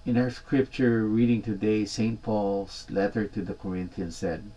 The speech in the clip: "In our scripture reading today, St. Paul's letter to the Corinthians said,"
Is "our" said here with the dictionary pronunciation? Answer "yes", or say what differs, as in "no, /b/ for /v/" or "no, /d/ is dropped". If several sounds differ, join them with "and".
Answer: yes